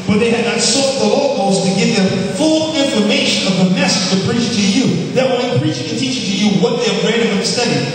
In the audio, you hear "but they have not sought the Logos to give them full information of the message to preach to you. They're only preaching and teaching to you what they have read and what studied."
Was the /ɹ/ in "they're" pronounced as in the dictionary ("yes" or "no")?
no